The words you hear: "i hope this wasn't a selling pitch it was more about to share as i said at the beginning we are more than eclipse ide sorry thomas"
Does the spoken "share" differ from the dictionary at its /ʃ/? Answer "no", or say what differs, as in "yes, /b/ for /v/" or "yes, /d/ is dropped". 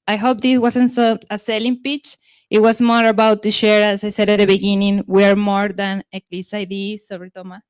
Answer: no